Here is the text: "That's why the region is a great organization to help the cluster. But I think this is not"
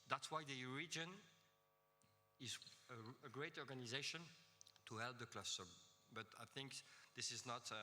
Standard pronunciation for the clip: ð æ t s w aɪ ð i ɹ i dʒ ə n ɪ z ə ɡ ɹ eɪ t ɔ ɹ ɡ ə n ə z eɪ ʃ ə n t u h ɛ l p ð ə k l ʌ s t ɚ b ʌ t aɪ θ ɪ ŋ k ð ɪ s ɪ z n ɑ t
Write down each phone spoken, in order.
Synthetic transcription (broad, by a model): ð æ t s w aɪ ð i ɹ i dʒ ə n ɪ z ə ɡ ɹ eɪ t ɔ ɹ ɡ ə n ə z eɪ ʃ ə n t u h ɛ l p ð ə k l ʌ s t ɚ b ʌ t aɪ θ ɪ ŋ k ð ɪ s ɪ z n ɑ t